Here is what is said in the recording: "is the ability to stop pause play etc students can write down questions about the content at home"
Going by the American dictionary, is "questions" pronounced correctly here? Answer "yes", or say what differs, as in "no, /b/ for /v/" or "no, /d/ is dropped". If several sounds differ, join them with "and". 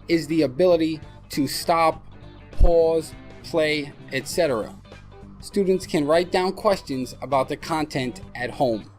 yes